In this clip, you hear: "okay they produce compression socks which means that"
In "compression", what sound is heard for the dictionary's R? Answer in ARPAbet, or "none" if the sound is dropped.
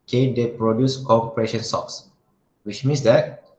R